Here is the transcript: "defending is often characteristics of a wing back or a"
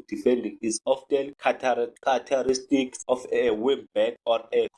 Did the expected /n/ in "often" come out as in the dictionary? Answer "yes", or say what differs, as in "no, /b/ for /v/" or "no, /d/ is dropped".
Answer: no, /l/ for /n/